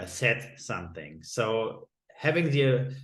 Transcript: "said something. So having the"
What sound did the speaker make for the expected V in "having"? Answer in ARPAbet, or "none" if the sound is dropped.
V